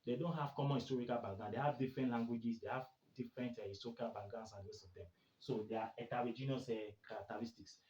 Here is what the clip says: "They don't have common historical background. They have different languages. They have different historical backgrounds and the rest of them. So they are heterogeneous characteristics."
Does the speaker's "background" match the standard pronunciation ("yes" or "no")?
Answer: no